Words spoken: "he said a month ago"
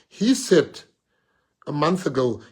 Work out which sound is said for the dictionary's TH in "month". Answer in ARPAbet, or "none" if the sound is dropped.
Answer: TH